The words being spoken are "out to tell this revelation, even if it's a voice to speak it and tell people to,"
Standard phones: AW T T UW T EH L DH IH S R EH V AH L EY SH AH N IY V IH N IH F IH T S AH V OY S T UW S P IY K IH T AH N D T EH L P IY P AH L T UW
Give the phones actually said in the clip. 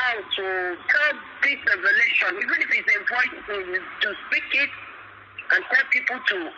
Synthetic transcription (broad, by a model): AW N T UW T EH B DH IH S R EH V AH L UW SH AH N IY V IH N IH F IH T S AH P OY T T UW S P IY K IH T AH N T EH L P IY P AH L T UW